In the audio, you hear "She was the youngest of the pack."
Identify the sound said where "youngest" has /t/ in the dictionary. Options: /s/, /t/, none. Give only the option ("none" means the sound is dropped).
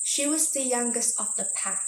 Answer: /t/